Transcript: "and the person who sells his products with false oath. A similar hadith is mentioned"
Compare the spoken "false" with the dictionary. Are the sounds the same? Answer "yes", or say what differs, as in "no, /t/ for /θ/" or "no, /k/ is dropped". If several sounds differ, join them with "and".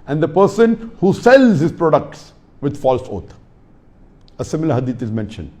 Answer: yes